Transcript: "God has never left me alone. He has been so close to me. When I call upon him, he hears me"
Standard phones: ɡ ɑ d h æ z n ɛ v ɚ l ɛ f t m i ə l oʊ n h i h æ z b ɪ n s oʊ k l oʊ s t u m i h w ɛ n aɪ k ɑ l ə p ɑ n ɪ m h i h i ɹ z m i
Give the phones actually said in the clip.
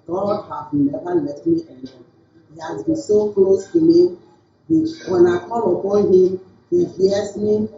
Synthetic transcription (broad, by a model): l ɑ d h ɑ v n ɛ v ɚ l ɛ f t m i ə n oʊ h i h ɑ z b ɪ n s oʊ k l oʊ s t u m i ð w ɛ n aɪ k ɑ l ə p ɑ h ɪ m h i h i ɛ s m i